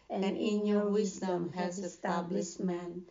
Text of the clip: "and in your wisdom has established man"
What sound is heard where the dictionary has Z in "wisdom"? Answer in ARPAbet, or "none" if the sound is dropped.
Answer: Z